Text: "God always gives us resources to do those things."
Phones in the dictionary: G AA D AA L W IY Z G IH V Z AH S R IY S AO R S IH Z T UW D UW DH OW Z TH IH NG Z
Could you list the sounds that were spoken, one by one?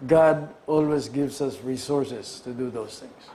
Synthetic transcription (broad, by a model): G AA D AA L W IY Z G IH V S AH S R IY S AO R S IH S T UW D UW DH OW S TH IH NG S